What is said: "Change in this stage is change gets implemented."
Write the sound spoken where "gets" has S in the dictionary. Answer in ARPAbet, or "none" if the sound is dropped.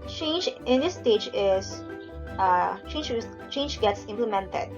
S